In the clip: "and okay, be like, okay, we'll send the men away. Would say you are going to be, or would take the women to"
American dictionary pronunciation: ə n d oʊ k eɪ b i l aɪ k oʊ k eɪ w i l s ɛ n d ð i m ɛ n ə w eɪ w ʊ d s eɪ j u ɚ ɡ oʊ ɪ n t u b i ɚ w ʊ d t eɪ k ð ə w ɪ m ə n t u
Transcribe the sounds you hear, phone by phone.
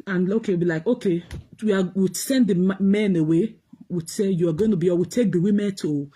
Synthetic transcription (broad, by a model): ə n oʊ k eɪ b i l aɪ k oʊ k eɪ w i w s ɛ n d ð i m ɛ n ə w eɪ w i s eɪ j u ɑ ɡ oʊ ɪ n t u b i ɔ w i t eɪ k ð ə w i m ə n t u